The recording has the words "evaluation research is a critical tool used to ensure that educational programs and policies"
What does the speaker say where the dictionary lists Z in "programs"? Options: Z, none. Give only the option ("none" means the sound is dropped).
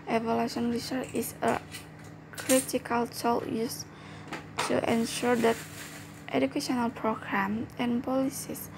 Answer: none